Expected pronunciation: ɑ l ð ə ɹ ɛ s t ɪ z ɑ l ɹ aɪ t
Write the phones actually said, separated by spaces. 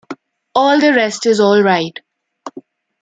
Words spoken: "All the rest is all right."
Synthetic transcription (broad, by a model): ɑ l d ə ɹ ɛ s t ɪ z ɑ l ɹ aɪ t